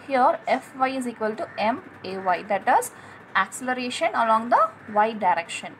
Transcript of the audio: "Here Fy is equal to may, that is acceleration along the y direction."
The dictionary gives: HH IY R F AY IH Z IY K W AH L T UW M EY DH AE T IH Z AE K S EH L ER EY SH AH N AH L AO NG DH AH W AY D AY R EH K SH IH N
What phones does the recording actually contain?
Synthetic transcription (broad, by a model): HH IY R F AY IH Z IY K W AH L T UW M EY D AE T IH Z AE K S EH L ER EY SH AH N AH L AO NG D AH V AY D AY R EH K SH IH N